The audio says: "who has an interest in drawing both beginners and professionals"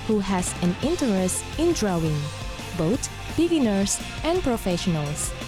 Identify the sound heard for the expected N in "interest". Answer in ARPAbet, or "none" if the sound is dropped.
N